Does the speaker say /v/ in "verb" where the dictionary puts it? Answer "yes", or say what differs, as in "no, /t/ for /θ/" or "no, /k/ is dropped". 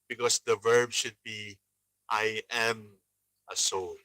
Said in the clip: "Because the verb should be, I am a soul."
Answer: yes